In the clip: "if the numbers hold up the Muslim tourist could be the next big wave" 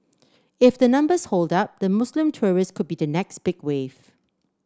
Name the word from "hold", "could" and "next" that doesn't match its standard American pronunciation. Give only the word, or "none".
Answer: none